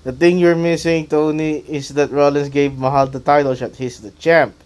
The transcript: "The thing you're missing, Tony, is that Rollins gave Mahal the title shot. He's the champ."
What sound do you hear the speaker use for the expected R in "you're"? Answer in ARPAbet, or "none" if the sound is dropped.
R